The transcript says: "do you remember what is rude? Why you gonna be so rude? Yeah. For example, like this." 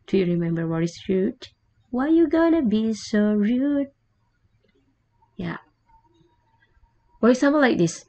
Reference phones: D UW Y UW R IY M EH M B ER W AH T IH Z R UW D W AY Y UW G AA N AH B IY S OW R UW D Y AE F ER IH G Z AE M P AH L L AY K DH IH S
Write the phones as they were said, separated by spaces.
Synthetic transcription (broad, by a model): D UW Y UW R IY M EH M B ER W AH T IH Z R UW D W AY Y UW G AA N AH B IY S OW R UW D Y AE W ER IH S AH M AH N L AY K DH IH S